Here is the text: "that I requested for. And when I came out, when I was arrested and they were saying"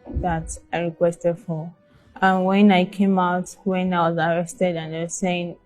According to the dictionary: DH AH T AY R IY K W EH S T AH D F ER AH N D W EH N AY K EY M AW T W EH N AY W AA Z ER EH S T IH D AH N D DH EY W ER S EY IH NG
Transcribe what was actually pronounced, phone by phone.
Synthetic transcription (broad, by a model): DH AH T AY R IY K W EH S T AH D F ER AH N W EH N AY K EY M AW T W EH N AY W AA Z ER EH S T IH D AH N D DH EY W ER S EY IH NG